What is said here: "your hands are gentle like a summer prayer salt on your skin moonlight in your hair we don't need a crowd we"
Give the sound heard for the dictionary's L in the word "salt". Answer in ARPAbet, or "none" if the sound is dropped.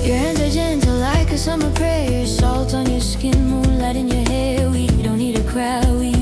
L